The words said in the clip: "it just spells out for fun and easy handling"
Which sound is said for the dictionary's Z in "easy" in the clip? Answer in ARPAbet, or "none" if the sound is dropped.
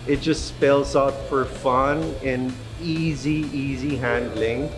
Z